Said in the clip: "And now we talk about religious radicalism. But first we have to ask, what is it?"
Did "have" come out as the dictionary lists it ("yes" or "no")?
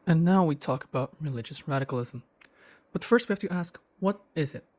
no